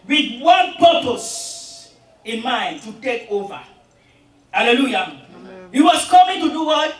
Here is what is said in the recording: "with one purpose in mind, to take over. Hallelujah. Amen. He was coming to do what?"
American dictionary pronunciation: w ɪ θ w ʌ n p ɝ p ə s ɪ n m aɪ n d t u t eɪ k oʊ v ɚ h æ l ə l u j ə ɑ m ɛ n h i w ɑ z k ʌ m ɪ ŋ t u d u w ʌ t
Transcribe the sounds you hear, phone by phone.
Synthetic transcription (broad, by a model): w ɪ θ w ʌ n p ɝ p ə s ɪ n m aɪ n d t u t eɪ k oʊ v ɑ h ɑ l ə l u j ɑ h i w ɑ s k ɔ m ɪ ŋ t u d u w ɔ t